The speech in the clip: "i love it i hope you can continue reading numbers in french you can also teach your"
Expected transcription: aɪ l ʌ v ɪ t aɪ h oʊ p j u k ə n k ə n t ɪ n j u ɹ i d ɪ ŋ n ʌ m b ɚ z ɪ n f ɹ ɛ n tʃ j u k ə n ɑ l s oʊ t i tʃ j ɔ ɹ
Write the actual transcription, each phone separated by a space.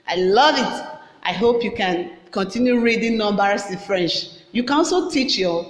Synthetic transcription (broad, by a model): aɪ l ʌ v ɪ t aɪ h oʊ p j u k ə n k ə n t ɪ n j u ɹ i d ɪ ŋ n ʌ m b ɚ s ɪ n f ɹ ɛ n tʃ j u k ə n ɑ s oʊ t i tʃ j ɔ